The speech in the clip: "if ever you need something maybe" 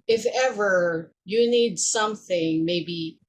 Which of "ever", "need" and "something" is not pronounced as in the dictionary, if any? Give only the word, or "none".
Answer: none